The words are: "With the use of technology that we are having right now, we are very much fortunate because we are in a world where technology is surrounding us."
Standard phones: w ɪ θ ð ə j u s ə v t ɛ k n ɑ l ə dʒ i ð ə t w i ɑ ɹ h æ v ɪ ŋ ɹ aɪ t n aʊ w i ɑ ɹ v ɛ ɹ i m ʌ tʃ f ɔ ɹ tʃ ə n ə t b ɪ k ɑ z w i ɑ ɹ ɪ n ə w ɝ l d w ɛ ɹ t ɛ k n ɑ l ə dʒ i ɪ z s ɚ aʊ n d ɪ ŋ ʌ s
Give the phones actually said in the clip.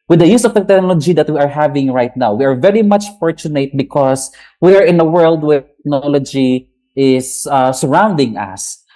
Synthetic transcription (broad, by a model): w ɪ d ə j u s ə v t ɛ k n ɑ l ə dʒ i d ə t w i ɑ ɹ h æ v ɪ ŋ ɹ aɪ t n aʊ w i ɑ ɹ v ɛ ɹ i m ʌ tʃ f ɔ ɹ tʃ ə n ə t b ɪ k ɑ s w i ɑ ɹ ɪ n ə w ɝ l d w ɛ ɹ t ɛ k n ɑ l ə dʒ i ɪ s s ɚ aʊ n d ɪ ŋ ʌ s